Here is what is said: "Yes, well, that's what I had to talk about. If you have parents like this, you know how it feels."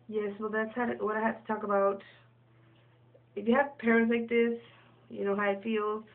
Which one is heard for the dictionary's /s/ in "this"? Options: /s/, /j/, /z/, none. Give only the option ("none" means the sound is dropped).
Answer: /s/